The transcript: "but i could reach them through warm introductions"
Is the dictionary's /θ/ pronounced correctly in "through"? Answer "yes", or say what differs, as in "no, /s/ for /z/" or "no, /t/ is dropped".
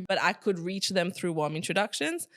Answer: yes